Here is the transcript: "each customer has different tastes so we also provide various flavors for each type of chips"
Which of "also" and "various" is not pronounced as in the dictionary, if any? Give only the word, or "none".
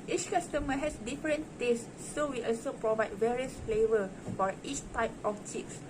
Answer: none